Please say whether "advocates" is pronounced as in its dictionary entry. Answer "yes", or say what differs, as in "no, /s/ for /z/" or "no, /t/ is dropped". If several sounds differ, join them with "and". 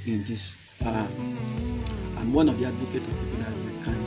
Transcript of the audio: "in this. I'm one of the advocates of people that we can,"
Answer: no, /s/ is dropped